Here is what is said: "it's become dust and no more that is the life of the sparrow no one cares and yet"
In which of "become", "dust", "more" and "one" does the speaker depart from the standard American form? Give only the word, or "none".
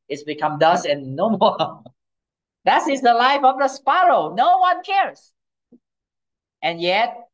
dust